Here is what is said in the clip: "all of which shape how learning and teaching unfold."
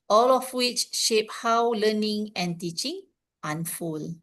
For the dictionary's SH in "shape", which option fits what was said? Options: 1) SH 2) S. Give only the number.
1